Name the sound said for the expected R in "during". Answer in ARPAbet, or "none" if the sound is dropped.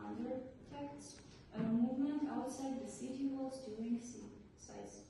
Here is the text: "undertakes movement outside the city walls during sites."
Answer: none